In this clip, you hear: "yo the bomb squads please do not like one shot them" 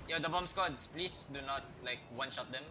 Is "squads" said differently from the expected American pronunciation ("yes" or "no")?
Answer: yes